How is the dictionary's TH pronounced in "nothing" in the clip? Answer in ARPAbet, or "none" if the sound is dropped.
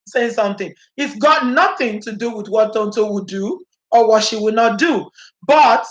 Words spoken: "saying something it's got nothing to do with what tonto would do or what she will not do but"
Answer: TH